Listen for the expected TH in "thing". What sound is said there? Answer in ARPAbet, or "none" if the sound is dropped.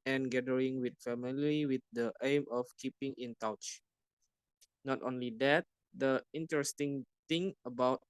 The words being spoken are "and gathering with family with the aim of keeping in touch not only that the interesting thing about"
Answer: T